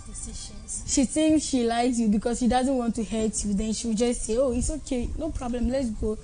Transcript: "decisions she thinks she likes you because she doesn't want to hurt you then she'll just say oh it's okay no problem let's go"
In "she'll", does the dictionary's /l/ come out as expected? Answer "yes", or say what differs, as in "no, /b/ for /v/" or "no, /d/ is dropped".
no, /w/ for /l/